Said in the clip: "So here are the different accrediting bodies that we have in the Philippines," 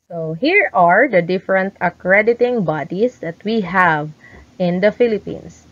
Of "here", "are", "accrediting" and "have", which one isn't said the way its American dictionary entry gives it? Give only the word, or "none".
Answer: none